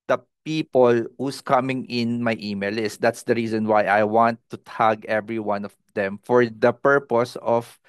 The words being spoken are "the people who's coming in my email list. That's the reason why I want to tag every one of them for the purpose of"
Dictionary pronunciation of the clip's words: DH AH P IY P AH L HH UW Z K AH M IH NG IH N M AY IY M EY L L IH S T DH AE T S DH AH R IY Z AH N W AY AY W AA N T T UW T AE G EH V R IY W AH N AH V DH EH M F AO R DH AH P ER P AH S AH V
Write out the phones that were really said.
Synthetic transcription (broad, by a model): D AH P IY P AH L HH UW S K AH M IH NG IH N M AY IY M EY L L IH S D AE T S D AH R IY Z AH N W AY AY W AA N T T UW T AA G EH V R IY W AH N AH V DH EH M F AO R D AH P ER P AH S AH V